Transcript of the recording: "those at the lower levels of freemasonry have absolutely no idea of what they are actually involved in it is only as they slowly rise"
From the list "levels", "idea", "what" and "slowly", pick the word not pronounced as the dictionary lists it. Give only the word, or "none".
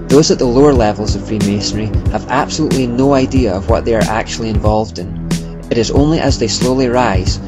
none